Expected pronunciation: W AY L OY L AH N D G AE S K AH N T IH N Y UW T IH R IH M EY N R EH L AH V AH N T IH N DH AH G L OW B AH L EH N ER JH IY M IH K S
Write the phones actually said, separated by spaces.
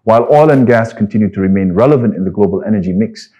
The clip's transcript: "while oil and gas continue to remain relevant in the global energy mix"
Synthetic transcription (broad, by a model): W AY L OY L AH N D G AE S K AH N T IH N Y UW T IH R IH M EY N R EH L AH V AH N T IH N DH AH G L OW B AH L EH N ER JH IY M IH K S